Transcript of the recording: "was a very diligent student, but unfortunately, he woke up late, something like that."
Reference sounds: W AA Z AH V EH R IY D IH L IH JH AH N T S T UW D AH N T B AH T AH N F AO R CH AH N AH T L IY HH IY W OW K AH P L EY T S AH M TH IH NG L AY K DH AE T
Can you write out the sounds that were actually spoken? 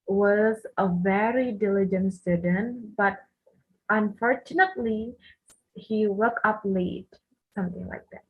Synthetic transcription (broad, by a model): W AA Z AH V EH R IY D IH L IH JH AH N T S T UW D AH N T B AH T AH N F AO R CH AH N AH T L IY HH IY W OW K AH P L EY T S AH M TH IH NG L AY K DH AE T